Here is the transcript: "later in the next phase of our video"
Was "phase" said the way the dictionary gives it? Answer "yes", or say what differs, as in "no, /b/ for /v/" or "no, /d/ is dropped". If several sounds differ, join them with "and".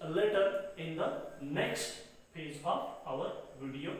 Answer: no, /p/ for /f/